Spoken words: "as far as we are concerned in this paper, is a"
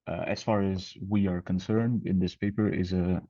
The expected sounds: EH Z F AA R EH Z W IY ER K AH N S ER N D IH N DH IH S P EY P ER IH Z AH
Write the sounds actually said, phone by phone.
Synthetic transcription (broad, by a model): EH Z F AA R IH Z W IY ER K AH N S ER N D IH N DH IH S P EY P ER IH Z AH